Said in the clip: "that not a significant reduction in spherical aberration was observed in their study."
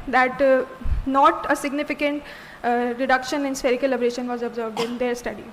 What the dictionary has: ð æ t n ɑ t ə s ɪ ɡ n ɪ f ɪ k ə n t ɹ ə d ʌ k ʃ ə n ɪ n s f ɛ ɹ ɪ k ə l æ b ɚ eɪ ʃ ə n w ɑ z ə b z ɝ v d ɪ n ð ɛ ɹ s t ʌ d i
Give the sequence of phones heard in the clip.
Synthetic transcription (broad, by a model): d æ t n ɑ t ə s ɪ ɡ n ɪ f ɪ k ə n t ɹ ə d ʌ k ʃ ə n ɪ n s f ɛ ɹ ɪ k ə l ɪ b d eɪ ʃ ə n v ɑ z ə b z ɝ v d ɪ n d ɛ ɹ s t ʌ d i